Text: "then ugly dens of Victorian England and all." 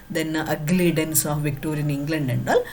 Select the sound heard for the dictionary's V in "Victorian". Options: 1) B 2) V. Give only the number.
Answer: 2